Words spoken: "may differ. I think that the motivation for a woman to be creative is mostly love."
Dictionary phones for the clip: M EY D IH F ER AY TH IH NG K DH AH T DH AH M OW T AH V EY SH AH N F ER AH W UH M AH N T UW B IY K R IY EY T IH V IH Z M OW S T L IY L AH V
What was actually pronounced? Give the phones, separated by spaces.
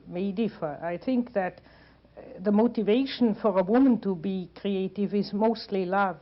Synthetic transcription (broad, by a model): M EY D IH F ER AY TH IH NG K DH AH T DH AH M OW T AH V EY SH AH N F ER AH W UH M AH N T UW B IY K R IY EY T IH V IH Z M OW S T L IY L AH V